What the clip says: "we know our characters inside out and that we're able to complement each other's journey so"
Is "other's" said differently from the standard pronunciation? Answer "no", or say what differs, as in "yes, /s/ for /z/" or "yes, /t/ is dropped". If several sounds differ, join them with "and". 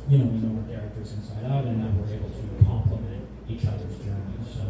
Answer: no